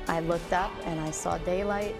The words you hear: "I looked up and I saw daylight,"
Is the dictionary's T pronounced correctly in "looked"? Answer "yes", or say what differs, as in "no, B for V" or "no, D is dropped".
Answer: yes